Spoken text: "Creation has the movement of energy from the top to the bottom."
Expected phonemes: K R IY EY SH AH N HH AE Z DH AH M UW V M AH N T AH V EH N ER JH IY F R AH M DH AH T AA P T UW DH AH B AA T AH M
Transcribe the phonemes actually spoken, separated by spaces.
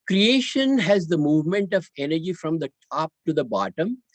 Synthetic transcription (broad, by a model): K R IY EY SH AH N HH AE Z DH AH M UW V M AH N T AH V EH N ER JH IY F R AH M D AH T AA P T UW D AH B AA T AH M